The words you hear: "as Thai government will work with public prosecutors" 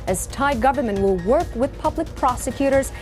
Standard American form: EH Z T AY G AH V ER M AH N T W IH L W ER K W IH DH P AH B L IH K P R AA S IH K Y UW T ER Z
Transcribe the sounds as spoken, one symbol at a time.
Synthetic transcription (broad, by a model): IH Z T AY G AH V ER M AH N T W IH L W ER K W IH DH P AH B L IH K P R AA S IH K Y UW T ER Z